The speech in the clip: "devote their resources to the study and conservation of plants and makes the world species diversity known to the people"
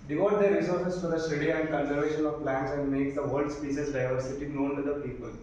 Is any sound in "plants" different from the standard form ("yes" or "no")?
no